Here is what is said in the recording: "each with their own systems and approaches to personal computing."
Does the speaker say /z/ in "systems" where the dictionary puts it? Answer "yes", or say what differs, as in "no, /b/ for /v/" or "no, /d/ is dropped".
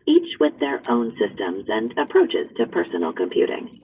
yes